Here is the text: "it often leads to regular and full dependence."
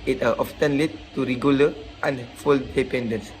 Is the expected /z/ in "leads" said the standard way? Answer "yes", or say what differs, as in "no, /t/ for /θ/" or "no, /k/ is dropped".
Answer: no, /z/ is dropped